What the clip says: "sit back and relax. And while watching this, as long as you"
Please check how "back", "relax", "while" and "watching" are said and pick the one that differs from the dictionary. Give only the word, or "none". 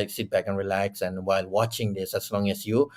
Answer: none